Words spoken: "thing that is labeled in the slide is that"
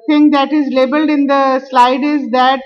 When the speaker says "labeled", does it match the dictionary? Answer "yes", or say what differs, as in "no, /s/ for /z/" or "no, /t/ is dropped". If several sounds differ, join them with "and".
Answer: yes